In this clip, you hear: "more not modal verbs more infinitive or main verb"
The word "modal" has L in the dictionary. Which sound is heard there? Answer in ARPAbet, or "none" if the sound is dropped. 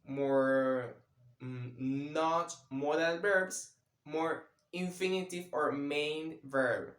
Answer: N